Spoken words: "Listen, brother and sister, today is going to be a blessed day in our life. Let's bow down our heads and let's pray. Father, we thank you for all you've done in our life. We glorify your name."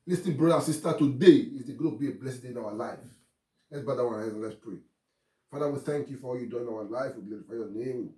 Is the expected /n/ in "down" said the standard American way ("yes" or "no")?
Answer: no